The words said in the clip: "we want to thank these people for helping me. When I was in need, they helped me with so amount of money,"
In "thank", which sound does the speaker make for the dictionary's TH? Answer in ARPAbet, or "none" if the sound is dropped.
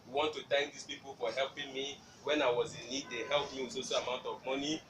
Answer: T